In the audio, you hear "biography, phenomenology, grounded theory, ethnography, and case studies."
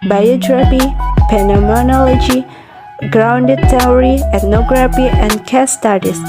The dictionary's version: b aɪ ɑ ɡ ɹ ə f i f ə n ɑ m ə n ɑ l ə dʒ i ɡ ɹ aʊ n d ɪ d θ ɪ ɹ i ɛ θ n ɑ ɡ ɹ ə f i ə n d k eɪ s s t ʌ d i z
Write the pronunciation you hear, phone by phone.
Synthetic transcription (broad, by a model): b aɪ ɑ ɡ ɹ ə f i p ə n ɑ m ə n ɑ l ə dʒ i ɡ ɹ aʊ n d ɪ d t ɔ ɹ i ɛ t n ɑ ɡ ɹ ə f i ə n d k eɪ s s t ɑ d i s